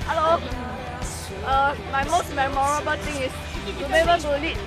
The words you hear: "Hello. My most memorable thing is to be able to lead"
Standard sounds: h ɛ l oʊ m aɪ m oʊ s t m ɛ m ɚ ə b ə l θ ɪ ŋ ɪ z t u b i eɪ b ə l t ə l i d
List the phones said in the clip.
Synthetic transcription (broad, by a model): h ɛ l oʊ m aɪ m oʊ s t m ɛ m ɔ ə b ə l t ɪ ŋ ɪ s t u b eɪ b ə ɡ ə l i